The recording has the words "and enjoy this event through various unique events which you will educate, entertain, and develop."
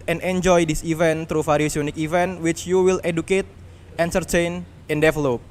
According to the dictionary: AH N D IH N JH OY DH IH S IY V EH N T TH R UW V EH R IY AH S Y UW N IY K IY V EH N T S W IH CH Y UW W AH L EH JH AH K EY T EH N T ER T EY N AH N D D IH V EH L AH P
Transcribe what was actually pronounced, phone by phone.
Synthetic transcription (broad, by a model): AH N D IH N JH OY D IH S IY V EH N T R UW F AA R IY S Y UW N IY K IY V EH N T W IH CH Y UW W AH L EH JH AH K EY T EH N S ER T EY N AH N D D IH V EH L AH P